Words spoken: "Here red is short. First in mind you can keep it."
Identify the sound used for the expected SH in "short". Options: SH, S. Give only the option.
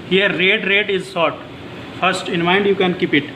S